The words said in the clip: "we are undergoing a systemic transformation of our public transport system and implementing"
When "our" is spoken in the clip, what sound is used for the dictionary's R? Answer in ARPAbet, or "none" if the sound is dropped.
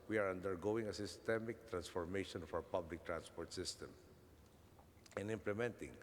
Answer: W